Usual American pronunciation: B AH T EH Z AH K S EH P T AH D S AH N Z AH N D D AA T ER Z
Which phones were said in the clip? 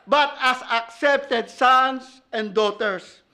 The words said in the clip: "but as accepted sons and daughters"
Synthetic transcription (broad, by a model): B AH T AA S AH K S EH P T AH D S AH N S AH N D D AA T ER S